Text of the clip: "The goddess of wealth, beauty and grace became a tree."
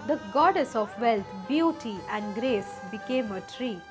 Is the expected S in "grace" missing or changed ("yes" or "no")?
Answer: no